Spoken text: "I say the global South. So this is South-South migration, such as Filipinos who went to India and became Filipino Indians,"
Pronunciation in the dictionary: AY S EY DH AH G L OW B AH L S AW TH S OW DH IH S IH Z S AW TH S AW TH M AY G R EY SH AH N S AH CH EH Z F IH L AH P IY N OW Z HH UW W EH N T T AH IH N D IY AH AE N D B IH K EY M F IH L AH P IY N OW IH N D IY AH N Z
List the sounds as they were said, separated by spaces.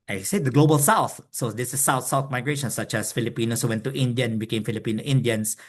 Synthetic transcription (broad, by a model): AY S EY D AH G L OW B AH L S AW TH S OW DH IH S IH S AW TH S AW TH M AY G R EY SH AH N S AH CH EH S F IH L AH P IY N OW S HH UW W EH N T T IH N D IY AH N B IH K EY M F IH L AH P IY N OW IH N D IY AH N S